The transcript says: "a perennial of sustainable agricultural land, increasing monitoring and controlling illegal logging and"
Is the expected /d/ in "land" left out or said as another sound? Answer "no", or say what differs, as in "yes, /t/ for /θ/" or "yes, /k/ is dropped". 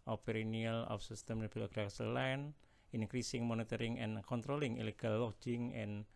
yes, /d/ is dropped